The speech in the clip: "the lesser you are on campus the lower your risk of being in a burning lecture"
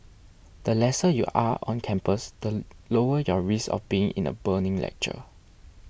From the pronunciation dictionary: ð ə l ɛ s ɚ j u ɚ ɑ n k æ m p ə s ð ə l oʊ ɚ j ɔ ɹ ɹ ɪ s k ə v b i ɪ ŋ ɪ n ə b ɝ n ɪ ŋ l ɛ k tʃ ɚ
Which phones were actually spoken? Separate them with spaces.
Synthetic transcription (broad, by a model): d ə l ɛ s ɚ j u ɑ ɑ n k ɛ m p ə s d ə l oʊ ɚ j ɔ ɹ ɹ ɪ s ə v b i ɪ ŋ ɪ n ə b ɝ n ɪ ŋ l ɛ k tʃ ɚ